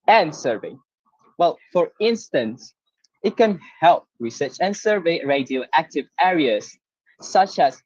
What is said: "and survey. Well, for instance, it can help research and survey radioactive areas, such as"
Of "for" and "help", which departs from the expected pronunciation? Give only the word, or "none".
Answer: none